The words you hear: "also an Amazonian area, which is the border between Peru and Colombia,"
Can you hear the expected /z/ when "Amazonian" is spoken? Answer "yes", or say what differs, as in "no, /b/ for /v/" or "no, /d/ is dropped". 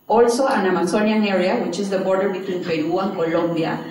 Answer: no, /s/ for /z/